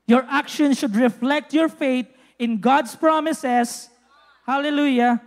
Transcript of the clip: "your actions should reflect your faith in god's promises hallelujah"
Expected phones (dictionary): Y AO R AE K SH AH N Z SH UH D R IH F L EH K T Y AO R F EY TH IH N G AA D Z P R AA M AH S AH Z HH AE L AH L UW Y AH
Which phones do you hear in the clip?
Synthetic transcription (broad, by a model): Y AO R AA K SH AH N SH UH D R IH F L EH K T Y AO R F EY T IH N G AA D S P R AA M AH S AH S HH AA L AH L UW Y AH